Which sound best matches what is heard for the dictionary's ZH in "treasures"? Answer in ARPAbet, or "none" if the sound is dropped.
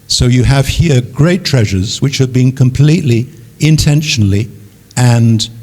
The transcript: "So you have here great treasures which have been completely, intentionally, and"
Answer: ZH